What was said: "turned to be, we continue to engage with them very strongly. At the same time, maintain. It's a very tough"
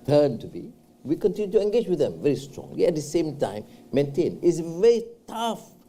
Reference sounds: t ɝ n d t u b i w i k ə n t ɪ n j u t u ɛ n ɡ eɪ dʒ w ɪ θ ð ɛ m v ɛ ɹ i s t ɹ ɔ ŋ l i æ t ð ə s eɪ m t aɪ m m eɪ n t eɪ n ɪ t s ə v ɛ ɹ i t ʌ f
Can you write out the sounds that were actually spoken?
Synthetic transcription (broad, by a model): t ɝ n t u b i w i k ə n t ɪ n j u t u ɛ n ɡ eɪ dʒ w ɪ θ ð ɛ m v ɛ ɹ i s t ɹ ɔ ŋ i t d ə s eɪ m t aɪ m m eɪ n t eɪ n ɪ t s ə v ɛ ɹ i t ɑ f